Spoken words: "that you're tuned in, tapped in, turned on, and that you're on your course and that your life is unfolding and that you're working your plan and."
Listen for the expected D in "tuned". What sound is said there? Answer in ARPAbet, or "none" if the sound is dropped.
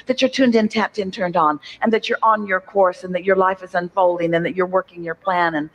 D